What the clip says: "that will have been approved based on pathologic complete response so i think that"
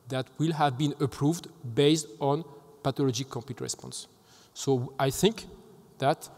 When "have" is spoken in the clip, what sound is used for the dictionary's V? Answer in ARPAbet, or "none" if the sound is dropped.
V